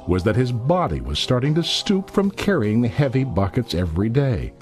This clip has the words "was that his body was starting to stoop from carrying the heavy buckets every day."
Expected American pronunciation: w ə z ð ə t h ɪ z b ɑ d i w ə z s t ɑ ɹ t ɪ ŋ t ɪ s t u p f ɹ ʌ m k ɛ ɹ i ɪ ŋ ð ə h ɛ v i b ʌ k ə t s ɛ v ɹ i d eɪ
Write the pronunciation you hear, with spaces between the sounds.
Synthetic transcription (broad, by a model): w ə z ð ə t h ɪ z b ɑ d i w ə z s t ɑ ɹ t ɪ ŋ t ɪ s t u p f ɹ ʌ m k ɛ ɹ i ɪ ŋ ð ə h ɛ v i b ʌ k ə t s ɛ v ɹ i d eɪ